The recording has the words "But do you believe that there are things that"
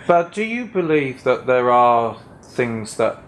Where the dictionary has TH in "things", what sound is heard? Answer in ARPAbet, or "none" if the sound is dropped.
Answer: TH